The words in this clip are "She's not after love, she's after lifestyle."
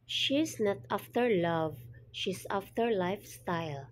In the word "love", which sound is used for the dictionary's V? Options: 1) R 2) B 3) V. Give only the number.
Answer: 3